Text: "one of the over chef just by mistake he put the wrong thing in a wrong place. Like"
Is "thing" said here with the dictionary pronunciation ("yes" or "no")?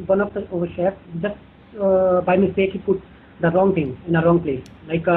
no